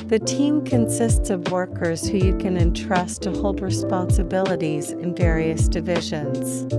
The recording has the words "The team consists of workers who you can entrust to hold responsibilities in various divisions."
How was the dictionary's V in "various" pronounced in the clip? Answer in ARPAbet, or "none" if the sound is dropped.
V